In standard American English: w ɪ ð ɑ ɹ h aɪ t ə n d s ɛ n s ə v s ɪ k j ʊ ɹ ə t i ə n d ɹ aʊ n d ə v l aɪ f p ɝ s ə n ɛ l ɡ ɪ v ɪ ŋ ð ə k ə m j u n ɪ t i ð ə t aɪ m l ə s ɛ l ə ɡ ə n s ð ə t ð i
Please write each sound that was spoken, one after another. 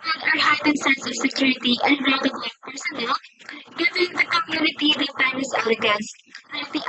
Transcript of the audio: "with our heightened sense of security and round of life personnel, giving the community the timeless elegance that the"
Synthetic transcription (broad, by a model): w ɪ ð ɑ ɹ h aɪ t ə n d s ɛ n s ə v s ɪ k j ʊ ɹ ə t i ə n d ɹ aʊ d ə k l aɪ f p ɝ s ə n ɛ l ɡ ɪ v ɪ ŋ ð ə k ə m j u n ɪ t i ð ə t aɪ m ə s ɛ l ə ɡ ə n s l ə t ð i